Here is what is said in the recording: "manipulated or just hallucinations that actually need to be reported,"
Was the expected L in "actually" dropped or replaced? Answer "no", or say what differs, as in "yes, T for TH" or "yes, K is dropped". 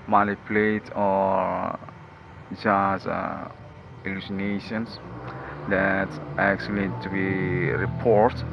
yes, L is dropped